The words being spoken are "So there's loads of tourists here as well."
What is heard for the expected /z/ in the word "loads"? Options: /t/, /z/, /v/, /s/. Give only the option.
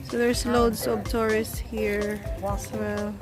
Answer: /s/